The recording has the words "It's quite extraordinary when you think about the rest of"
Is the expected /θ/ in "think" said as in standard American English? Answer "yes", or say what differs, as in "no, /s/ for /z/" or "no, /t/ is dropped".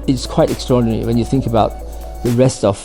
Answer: yes